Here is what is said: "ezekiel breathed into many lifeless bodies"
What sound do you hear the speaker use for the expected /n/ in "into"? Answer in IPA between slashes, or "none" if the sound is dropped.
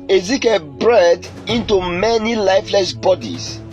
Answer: /n/